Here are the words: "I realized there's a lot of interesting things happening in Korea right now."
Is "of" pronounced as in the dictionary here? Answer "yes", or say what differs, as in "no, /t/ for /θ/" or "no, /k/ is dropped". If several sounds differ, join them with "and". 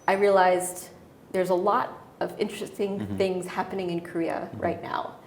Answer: yes